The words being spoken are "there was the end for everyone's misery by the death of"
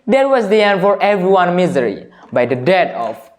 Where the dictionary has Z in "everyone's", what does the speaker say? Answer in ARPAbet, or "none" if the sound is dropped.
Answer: none